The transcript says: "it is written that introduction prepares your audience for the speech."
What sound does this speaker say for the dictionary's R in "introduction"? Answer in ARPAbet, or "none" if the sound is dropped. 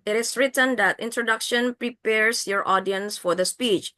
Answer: R